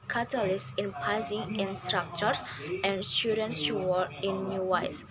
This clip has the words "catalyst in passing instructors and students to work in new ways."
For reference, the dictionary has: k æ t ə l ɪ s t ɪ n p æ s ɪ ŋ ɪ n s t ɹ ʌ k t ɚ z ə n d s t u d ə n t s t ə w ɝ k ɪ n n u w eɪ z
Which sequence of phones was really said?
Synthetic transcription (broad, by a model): k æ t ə l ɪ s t ɪ n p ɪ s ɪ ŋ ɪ n s t ɹ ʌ k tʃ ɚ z ə n d s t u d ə n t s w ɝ ɪ n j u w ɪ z